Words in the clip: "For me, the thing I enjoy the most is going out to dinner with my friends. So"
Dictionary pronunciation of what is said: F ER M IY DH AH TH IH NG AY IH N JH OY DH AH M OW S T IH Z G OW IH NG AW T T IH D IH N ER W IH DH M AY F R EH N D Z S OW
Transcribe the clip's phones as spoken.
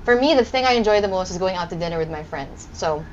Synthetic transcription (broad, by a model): F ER M IY DH AH TH IH NG AY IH N JH OY DH AH M OW S T IH Z G OW IH NG AW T T IH D IH N ER W IH DH M AY F R EH N D Z S OW